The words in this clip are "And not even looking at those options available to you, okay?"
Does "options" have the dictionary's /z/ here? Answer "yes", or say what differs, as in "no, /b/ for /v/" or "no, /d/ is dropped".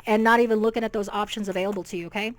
yes